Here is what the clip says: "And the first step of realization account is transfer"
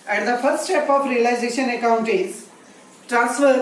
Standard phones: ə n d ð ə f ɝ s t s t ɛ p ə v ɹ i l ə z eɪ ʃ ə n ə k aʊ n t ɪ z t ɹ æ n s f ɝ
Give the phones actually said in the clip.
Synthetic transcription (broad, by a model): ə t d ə f ɝ s t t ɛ p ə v ɹ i l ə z eɪ ʃ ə n ə k aʊ n t ɪ z t ɹ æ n s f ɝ